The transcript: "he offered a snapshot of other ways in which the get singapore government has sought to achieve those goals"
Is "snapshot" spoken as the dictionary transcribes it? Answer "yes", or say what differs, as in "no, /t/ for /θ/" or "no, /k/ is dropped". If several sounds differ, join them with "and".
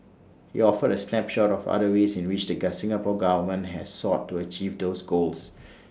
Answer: no, /l/ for /n/